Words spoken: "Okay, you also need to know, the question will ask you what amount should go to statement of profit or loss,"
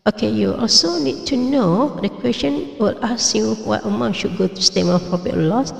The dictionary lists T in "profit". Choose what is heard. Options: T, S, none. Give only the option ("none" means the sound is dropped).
none